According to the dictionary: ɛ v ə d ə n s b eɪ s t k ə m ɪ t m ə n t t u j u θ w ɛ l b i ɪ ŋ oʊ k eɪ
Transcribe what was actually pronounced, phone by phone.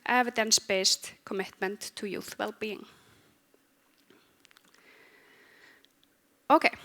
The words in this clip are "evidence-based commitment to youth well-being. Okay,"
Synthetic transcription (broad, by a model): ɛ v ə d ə n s b eɪ s t k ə m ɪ t m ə n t t u j u θ w ɛ l b i ɪ ŋ oʊ k eɪ